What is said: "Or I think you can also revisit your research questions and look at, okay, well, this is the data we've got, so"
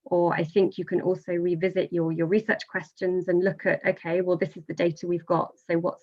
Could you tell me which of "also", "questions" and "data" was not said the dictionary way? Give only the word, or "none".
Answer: none